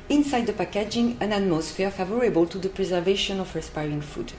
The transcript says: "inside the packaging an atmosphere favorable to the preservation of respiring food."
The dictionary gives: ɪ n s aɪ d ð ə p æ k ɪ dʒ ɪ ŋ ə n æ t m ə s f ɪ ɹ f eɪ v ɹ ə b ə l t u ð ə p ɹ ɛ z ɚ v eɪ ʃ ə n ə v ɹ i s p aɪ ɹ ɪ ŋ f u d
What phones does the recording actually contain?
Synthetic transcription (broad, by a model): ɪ n s aɪ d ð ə p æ k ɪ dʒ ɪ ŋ ə n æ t m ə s f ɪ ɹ f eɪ v ɹ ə b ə l t u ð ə p ɹ ɛ z ɚ v eɪ ʃ ə n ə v ɹ i s p aɪ ɹ ɪ ŋ f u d